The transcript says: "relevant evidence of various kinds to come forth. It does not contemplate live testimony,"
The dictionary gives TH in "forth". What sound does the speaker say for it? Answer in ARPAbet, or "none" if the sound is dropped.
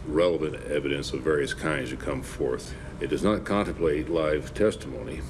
TH